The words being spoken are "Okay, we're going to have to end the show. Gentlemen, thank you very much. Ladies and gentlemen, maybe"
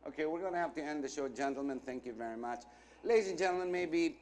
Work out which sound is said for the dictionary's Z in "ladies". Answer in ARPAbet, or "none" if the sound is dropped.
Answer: Z